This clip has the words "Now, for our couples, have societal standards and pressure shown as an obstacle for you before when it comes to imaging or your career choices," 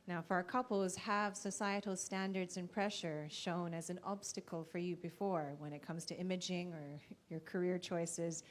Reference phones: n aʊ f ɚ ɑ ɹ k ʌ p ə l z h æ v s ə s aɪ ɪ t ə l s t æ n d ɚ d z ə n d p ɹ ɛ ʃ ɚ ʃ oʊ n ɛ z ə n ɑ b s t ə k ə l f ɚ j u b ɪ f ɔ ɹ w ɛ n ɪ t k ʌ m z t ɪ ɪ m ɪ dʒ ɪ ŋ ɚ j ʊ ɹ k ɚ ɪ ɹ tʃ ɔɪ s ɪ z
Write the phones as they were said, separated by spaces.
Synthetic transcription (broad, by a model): n aʊ f ɚ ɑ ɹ k ʌ p l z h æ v s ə s aɪ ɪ t l s t æ n d ɚ d z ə n p ɹ ɛ ʃ ɚ ʃ oʊ n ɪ z ə n ɑ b s t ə k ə l f ɚ j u b ɪ f ɔ ɹ w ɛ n ɪ t k ʌ m z t ɪ ɪ m ɪ dʒ ɪ ŋ ɚ j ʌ ɹ k ɚ ɪ ɹ tʃ ɔɪ s ɪ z